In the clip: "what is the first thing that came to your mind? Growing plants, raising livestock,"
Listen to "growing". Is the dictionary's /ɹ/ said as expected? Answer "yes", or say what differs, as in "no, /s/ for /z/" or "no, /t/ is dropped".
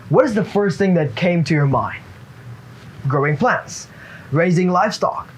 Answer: yes